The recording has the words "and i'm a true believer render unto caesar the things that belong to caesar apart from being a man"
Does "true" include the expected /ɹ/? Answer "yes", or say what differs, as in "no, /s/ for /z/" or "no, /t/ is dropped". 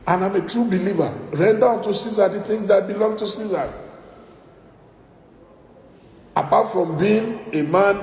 yes